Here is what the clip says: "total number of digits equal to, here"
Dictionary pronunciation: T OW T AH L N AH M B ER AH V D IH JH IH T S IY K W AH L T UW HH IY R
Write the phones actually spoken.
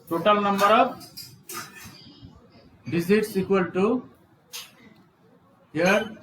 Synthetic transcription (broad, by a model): T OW T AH L N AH M B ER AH B D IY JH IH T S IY K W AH L T UW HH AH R